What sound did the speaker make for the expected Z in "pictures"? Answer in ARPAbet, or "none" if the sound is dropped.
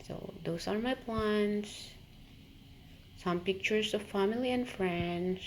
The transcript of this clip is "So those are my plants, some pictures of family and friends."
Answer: S